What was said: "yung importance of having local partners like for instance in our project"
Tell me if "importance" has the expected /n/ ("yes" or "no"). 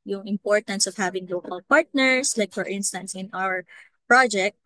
yes